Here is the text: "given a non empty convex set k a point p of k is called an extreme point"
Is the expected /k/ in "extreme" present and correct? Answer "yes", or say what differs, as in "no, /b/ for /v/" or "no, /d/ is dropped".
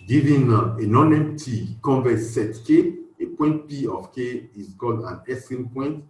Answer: no, /k/ is dropped